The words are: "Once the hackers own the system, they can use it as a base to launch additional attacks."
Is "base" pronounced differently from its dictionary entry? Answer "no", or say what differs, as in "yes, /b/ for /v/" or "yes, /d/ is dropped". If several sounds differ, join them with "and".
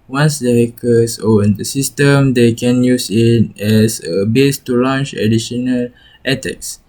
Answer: no